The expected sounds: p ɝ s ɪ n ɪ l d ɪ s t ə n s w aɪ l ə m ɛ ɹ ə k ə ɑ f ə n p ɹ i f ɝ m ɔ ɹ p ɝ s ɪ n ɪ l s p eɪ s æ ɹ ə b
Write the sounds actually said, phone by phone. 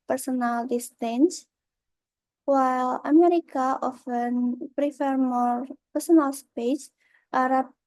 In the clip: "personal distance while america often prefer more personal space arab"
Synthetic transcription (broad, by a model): p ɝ s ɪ n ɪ l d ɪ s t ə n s w aɪ l ə m ɛ ɹ ə k ə ɑ f ə n p ɹ i f ɝ m ɔ ɹ p ɝ s ɪ n ɪ l s p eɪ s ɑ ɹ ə